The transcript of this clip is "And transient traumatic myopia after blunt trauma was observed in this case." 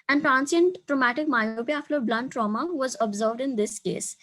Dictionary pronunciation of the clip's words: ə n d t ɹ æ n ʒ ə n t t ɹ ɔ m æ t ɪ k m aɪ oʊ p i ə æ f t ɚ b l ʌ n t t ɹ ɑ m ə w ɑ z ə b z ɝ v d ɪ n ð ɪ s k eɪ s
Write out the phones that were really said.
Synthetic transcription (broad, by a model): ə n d t ɹ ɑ n s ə n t t ɹ ɔ m æ t ɪ k m aɪ oʊ p i ə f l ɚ b l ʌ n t t ɹ ɑ m ə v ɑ z ə b z ɝ v d ɪ n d ɪ s k eɪ s